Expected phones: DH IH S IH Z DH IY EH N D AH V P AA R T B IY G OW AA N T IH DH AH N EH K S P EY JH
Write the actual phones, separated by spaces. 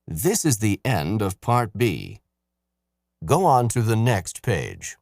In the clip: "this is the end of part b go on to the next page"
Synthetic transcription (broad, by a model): DH IH S IH Z DH IY EH N D AH V P AA R T B IY G OW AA N T IH DH AH N EH K S P EY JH